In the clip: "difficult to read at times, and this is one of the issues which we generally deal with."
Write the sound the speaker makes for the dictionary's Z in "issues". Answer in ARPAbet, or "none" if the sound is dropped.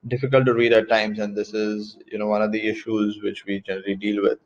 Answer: Z